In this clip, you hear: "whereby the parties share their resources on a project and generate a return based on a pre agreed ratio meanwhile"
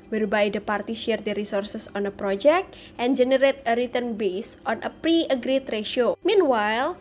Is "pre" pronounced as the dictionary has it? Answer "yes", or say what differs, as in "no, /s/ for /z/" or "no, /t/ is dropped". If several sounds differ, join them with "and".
yes